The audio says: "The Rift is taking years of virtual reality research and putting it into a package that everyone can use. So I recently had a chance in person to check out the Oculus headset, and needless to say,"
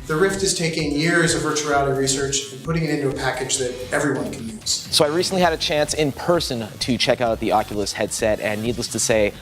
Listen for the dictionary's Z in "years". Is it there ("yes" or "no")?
yes